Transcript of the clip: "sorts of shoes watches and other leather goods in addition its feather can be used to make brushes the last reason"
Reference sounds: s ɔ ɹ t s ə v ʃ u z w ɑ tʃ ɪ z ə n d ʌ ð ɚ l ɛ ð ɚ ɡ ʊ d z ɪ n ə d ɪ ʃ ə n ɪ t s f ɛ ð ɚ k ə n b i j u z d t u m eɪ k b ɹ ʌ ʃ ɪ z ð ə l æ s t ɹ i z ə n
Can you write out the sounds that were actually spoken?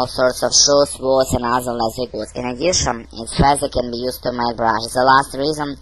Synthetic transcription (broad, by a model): s ɔ ɹ t s ə v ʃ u s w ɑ s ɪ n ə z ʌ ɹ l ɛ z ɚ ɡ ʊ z ɪ n ə d ɪ ʃ ə n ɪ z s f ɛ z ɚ k ə n b i j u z t u m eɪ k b ɹ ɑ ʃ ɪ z ð ə l æ s t ɹ i z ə n